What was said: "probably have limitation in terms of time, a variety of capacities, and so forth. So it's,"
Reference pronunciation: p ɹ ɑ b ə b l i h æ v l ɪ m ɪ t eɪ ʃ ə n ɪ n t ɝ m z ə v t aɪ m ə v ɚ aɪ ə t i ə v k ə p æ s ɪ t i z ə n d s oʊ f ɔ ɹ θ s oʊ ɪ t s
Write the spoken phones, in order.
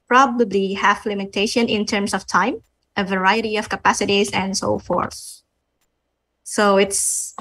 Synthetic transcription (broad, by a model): p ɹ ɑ b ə b l i h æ f l ɪ m ɪ t eɪ ʃ ə n ɪ n t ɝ m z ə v t aɪ m ə v ɚ aɪ ə t i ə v k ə p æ s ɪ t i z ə n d s oʊ f ɔ ɹ θ s oʊ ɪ t s